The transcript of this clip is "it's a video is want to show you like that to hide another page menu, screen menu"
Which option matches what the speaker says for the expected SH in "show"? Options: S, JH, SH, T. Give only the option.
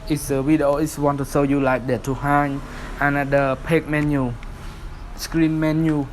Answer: S